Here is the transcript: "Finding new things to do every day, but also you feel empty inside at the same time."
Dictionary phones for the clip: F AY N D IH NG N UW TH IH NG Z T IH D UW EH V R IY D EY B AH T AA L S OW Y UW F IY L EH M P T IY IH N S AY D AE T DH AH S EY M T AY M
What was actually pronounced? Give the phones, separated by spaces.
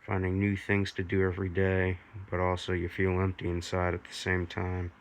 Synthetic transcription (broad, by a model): F AY N D IH NG N UW TH IH NG Z T IH D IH EH V R IY D EY B AH T AA L S OW Y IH F IY L EH M P T IY IH N S AY D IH T DH AH S EY M T AY M